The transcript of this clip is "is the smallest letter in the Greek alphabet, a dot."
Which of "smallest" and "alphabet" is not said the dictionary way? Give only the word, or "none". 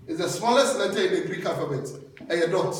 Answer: alphabet